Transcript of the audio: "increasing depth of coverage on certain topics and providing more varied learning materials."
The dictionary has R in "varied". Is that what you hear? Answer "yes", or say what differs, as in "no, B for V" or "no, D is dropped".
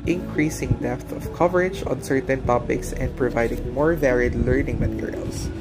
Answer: yes